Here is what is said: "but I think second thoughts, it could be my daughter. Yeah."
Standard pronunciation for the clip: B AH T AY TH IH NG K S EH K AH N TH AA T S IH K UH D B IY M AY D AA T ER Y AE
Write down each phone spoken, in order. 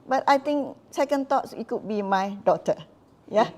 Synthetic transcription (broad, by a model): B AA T AY T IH NG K S EH K AH N T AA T S IH K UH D B IY M AY D AA T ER Y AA